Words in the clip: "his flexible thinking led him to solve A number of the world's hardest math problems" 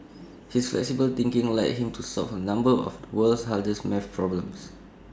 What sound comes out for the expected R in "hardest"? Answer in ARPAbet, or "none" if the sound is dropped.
L